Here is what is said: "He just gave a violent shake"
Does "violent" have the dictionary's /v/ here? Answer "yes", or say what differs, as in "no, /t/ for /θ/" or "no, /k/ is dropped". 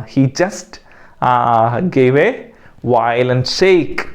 no, /w/ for /v/